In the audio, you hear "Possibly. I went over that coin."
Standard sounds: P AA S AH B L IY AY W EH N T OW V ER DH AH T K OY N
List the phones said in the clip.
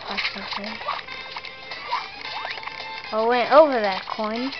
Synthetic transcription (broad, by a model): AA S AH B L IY AY W EH N T OW V ER DH AH T K OY N